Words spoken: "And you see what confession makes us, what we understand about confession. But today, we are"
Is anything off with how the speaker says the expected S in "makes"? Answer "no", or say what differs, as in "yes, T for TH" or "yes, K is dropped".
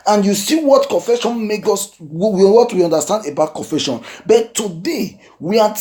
yes, S is dropped